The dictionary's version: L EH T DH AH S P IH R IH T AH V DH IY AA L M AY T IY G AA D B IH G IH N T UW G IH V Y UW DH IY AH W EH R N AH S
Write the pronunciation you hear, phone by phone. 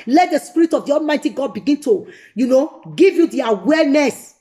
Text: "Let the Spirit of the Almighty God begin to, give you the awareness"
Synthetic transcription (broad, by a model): L EH T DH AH S P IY R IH T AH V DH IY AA M AY T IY G AA D B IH G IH N T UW G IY V Y UW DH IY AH W EH N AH S